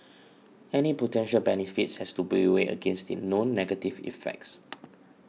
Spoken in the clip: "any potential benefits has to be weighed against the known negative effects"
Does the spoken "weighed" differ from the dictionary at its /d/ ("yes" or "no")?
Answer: yes